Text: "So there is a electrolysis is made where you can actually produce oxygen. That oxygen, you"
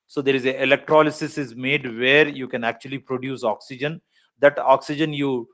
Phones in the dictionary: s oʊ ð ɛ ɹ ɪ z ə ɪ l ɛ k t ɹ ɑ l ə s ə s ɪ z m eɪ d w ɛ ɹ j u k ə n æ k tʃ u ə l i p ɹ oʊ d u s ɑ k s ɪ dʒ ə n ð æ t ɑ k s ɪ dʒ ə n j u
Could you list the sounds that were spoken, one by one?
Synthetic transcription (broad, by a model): s oʊ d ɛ ɹ ɪ z ə ɪ l ɛ k t ɹ ɑ l ə s ə s ɪ z m eɪ d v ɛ ɹ j u k ə n æ k tʃ u ə l i p ɹ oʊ d u s ɑ k s ɪ dʒ ə n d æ t ɑ k s ɪ dʒ ə n j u